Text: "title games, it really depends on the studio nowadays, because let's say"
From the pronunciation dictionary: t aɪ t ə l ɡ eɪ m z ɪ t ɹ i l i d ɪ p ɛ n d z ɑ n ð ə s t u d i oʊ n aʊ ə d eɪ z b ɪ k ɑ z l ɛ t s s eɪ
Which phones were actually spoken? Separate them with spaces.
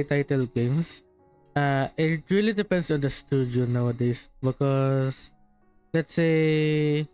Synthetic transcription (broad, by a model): t aɪ t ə l ɡ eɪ m s ɪ t ɹ i l i d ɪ p ɛ n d s ɑ n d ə s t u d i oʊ n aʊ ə d eɪ s b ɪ k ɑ s l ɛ t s s eɪ